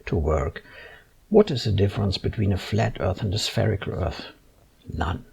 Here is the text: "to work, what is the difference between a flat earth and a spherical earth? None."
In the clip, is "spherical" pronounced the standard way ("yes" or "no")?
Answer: yes